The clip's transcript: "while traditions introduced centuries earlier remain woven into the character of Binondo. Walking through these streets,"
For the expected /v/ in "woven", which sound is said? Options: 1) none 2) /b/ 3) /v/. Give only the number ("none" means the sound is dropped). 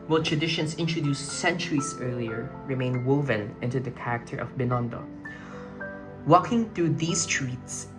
3